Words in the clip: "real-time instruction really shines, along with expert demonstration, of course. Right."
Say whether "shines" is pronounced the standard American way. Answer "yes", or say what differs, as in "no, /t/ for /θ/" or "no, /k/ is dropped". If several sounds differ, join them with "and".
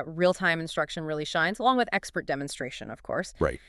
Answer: yes